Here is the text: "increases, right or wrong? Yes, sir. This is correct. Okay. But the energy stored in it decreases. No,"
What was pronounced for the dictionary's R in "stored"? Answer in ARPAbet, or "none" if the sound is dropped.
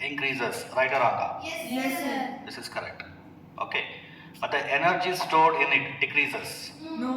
R